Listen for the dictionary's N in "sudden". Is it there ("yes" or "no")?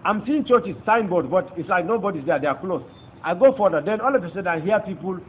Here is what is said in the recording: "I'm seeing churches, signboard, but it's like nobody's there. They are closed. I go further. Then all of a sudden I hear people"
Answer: no